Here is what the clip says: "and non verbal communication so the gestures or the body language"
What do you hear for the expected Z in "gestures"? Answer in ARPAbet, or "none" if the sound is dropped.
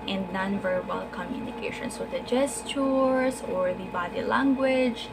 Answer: S